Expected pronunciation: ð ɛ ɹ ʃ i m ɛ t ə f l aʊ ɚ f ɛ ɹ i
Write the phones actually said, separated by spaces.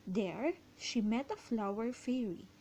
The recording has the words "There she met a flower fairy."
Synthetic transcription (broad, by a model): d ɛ ɹ ʃ i m ɛ t ə f l aʊ ɚ f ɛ ɹ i